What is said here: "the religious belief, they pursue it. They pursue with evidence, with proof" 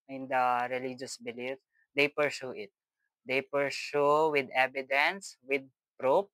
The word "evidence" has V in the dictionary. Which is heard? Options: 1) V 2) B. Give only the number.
2